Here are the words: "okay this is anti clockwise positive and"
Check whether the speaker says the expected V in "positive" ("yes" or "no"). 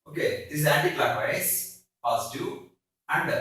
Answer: no